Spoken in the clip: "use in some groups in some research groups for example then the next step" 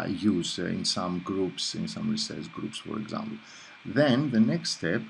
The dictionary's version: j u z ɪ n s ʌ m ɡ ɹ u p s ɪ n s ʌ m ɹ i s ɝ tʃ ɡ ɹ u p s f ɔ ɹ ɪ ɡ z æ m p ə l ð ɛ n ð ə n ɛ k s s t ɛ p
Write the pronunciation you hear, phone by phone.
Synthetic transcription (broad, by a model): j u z ɪ n s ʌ m ɡ ɹ u p s ɪ n s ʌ m ɹ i s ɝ s ɡ ɹ u p s f ɔ ɹ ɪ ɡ z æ m p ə l ð ɛ n ð ə n ɛ k s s t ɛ p